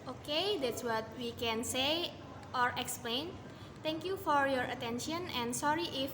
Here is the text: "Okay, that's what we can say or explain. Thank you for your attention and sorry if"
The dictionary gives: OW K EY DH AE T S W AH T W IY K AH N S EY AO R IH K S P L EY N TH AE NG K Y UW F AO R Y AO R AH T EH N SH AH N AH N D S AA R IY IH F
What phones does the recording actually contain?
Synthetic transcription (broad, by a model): OW K EY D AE T S W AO T W IY K AH N S EY AO R IH K S P L EY N T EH NG K Y UW F AO R Y AO R AH T EH N SH AH N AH N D S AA R IY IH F